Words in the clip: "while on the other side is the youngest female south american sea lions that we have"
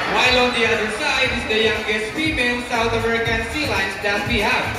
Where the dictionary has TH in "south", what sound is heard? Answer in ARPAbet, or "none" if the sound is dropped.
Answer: TH